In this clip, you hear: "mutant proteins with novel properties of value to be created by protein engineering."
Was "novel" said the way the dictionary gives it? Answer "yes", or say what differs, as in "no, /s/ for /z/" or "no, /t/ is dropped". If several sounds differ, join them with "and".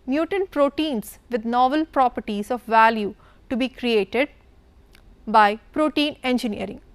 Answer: yes